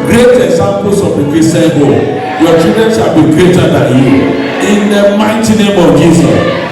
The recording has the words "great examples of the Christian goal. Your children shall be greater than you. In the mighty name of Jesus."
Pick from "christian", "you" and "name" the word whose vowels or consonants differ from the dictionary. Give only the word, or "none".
christian